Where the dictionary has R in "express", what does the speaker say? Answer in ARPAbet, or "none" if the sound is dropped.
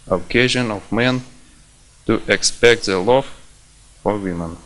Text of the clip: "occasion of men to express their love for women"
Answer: none